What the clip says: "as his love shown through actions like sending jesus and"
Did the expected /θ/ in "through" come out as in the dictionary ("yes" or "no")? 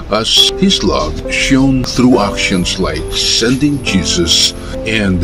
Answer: yes